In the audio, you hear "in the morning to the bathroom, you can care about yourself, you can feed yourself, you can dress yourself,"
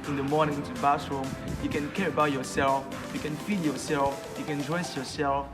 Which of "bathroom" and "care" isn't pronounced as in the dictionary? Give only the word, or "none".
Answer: bathroom